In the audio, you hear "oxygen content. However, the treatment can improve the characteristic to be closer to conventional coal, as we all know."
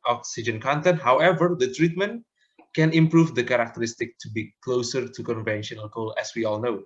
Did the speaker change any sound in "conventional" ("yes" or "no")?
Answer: no